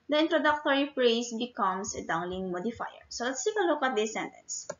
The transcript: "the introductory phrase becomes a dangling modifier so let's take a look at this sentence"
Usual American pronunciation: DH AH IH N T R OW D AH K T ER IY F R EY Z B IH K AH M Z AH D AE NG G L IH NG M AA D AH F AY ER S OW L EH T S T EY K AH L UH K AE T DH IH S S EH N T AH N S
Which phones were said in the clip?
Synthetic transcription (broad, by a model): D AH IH N T R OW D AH K T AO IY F R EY S B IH K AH M S AH D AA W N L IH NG M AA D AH F AY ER S OW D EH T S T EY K AH L UH K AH T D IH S S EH N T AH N S